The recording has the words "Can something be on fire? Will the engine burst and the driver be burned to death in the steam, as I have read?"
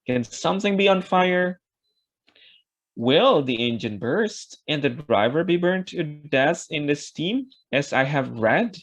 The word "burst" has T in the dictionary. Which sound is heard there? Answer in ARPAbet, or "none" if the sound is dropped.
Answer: T